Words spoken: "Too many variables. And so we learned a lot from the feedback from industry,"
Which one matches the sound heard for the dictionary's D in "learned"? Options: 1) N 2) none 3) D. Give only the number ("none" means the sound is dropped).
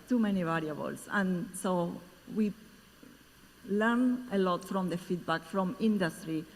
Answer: 2